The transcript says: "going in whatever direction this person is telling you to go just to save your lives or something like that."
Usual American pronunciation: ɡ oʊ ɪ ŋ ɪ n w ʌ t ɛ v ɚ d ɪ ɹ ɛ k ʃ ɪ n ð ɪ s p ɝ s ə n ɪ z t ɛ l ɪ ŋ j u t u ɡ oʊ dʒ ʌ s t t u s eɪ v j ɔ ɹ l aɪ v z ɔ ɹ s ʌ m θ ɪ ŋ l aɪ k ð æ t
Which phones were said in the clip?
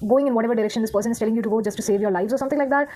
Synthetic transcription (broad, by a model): ɡ oʊ ɪ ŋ ɪ n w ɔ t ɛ v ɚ d ɪ ɹ ɛ k ʃ ɪ n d ɪ s p ɝ s ə n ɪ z t ɛ l ɪ ŋ j u t u ɡ oʊ dʒ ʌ s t t u s eɪ v j ɔ ɹ l aɪ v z ɔ ɹ s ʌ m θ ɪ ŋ l aɪ k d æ t